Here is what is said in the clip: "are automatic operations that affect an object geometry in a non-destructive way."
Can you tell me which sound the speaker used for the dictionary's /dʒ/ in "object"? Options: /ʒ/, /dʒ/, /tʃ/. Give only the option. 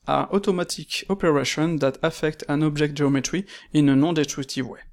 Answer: /ʒ/